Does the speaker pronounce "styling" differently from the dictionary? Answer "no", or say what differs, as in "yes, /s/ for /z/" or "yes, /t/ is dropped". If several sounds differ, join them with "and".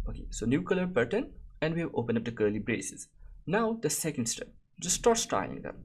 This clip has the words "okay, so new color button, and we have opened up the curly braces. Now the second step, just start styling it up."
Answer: yes, /l/ is dropped